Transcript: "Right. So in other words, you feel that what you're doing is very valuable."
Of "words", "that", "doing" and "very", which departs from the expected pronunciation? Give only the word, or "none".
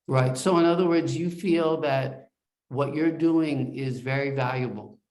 none